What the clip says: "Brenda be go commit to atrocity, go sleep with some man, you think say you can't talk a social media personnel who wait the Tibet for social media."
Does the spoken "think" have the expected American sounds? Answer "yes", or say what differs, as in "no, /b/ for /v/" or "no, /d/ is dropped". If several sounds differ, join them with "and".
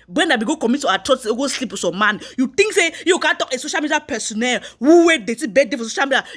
no, /t/ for /θ/